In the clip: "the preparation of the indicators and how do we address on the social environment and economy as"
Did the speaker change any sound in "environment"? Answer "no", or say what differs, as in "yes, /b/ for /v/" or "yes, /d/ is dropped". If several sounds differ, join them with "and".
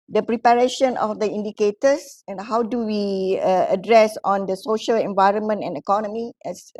no